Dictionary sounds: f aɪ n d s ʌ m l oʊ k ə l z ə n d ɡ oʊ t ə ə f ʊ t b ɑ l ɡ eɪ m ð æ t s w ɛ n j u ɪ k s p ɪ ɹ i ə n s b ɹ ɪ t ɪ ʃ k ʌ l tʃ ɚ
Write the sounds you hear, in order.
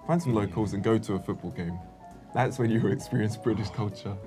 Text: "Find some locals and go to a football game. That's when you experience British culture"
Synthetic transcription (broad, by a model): f aɪ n s ʌ m l oʊ k ə l z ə n ɡ oʊ t ə ə f ʊ t b ɑ l ɡ eɪ m ð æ t s w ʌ n j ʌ ɪ k s p ɪ ɹ i ə n s b ɹ ɪ t ɪ ʃ k ʌ l tʃ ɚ